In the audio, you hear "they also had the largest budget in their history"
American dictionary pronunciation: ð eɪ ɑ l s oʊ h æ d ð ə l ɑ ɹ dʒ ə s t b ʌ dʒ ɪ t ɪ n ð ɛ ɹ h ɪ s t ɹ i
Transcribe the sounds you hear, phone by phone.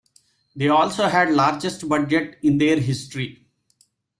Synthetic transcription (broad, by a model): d eɪ ɑ l s oʊ h æ d l ɑ ɹ dʒ ə s t b ʌ dʒ ɪ t ɪ n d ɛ ɹ h ɪ s t ɹ i